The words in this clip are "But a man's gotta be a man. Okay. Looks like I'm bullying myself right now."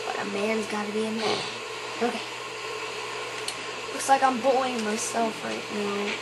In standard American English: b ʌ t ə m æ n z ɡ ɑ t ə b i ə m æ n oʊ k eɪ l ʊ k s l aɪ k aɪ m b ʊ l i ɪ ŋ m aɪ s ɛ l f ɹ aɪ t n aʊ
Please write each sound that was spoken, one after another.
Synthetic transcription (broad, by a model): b ʌ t ə m æ n z ɡ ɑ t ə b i ə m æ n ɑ ɪ l ʊ k s l aɪ k aɪ m b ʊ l ɪ ŋ m aɪ s ɛ l f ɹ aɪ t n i